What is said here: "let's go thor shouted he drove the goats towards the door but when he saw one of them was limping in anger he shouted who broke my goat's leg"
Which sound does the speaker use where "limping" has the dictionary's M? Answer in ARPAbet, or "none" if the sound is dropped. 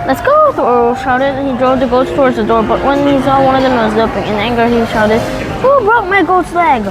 none